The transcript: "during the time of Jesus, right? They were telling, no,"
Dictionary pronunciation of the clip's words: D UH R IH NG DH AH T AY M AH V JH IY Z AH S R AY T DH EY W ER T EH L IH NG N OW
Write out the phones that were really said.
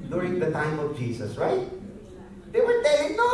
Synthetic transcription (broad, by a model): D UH R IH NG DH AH T AY M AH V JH IY S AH S R AY T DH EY W ER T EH IH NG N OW